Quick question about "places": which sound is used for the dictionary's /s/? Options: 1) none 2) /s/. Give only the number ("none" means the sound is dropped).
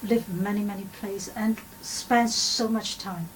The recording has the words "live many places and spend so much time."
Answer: 1